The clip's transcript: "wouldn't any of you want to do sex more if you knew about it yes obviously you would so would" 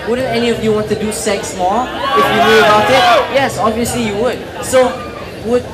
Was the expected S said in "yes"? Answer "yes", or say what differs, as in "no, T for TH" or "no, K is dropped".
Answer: yes